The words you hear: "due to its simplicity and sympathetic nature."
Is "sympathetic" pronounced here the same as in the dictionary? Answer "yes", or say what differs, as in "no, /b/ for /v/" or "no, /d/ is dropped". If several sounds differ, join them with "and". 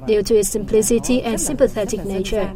yes